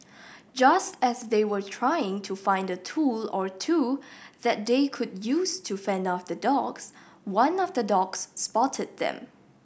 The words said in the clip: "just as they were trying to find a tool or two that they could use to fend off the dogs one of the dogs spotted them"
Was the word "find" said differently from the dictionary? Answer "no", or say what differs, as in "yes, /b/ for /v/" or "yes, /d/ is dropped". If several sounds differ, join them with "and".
no